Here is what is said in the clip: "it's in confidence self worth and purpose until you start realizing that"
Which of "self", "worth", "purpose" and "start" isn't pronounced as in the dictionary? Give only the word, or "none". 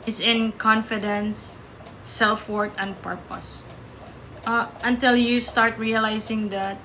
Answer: worth